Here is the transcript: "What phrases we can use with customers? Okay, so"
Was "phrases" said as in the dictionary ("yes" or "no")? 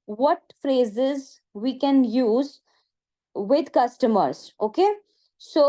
yes